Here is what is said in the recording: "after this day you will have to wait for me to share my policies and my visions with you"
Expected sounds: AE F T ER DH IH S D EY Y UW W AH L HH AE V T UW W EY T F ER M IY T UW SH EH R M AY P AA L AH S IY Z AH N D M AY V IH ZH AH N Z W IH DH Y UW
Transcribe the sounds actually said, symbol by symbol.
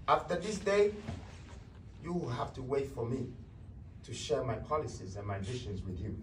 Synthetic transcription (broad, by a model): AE F T ER DH IH S D EY Y UW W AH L HH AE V T UW W EY T F ER M IY T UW SH EH R M AY P AA L AH S IY Z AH N M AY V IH SH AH N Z W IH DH Y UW